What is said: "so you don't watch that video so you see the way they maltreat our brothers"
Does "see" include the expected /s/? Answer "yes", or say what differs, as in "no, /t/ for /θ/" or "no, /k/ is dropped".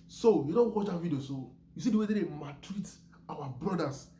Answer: yes